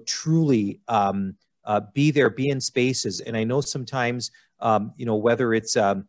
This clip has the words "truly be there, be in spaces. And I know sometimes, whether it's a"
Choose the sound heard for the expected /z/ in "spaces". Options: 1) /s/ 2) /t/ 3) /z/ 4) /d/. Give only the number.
3